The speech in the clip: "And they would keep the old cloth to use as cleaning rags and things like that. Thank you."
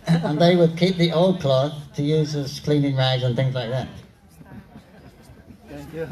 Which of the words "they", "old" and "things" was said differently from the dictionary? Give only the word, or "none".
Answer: none